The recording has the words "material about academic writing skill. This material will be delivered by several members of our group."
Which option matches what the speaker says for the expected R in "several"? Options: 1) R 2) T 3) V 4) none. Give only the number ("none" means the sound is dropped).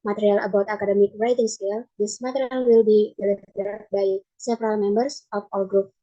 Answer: 1